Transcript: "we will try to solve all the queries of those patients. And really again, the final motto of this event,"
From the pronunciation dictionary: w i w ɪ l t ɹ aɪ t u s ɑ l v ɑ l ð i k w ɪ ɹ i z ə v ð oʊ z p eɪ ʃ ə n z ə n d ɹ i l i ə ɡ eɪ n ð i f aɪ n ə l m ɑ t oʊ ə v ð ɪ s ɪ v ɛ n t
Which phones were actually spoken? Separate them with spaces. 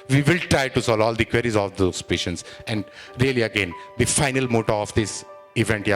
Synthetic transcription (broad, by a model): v i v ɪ l t ɹ aɪ t u s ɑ l ɑ l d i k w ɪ ɹ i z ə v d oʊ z p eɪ ʃ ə n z ə n d ɹ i l i ə ɡ eɪ n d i f aɪ n ə l m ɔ t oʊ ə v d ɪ s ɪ v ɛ n t